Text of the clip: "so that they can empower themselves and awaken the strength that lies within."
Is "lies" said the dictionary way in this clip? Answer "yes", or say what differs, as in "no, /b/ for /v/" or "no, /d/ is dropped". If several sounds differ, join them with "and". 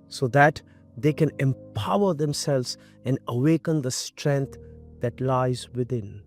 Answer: yes